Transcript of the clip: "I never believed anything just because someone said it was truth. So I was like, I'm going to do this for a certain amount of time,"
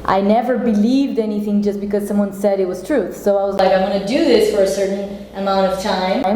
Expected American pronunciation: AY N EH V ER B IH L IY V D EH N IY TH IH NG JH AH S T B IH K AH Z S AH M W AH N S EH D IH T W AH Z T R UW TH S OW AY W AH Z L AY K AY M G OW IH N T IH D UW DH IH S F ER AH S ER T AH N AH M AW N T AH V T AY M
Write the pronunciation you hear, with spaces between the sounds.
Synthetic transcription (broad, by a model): AY N EH V ER B IH L IY V D EH N IY TH IH NG JH AH S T B IH K AH Z S AH M W AH N S EH D IH T W AH Z T R UW TH S OW AY W AH Z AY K AY M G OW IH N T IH D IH DH IH S F ER AH S ER T N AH M AW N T AH V T AY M